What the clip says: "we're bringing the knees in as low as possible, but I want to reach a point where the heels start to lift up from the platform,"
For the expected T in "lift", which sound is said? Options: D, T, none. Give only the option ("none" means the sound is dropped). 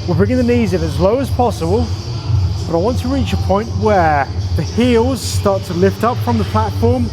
T